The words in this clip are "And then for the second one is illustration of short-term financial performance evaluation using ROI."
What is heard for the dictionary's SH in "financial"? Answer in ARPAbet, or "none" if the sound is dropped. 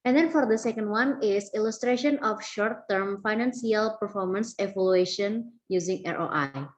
S